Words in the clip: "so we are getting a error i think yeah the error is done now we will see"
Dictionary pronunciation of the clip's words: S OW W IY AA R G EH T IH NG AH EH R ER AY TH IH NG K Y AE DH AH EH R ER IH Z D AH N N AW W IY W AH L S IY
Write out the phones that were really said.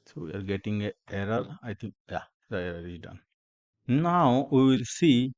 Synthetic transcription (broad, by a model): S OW W IY AA R G EH T IH NG AH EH R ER AY T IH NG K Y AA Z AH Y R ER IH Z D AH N N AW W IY W AH L S IY